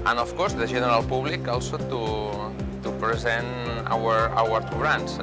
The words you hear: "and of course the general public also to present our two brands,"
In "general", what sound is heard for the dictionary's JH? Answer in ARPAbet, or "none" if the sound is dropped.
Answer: ZH